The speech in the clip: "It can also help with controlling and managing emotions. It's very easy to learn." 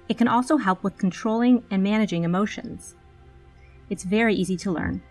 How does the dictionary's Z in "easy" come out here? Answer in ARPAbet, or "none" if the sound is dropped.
Z